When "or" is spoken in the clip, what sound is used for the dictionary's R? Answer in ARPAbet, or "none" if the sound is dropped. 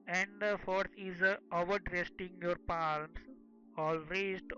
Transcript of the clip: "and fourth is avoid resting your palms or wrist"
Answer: L